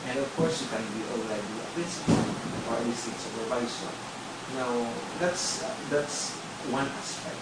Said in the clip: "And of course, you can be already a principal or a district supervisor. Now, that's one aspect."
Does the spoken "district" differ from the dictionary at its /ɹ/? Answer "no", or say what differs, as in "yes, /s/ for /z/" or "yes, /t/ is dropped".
yes, /ɹ/ is dropped